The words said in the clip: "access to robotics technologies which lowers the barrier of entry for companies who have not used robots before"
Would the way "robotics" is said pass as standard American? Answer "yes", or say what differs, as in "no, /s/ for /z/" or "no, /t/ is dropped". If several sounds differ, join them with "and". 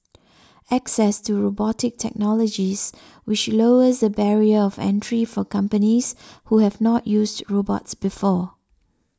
no, /s/ is dropped